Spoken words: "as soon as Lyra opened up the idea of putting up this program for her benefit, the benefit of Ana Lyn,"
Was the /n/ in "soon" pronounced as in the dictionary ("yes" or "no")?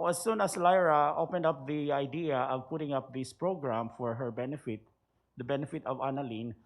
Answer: yes